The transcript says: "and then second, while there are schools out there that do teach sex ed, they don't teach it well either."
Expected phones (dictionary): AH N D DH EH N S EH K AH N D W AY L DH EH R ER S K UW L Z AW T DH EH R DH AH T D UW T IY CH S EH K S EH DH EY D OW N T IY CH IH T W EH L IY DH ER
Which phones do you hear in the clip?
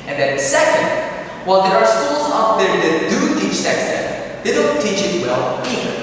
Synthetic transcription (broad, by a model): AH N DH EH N S EH K AH N D W AY L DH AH R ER S K UW L Z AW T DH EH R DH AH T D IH T IY CH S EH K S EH DH EY D OW N T IY CH IH T W EH L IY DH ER